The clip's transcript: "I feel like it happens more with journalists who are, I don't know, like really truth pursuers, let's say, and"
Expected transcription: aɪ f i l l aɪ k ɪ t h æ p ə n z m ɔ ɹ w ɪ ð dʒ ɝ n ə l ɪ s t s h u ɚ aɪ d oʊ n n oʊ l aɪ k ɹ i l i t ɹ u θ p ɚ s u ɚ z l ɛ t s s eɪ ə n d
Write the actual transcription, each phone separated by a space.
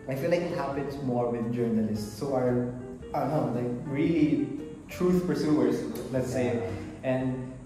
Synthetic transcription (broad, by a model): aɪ f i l l aɪ k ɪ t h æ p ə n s m ɔ ɹ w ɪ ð dʒ ɝ n ə l ɪ s t s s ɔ aɪ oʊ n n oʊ l aɪ k ɹ i l i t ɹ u f p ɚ s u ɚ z l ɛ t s s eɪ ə n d